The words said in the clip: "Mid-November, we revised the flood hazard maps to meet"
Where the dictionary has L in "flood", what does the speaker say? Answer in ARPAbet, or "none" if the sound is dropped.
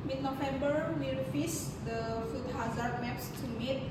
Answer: none